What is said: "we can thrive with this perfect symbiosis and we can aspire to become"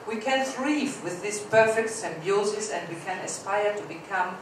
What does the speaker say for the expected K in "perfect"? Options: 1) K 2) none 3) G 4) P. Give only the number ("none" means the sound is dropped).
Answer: 1